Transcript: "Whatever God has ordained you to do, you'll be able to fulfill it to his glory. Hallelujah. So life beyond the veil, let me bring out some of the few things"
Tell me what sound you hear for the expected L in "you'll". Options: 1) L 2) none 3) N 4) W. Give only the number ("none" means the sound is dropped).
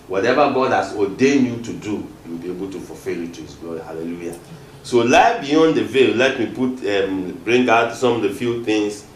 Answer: 4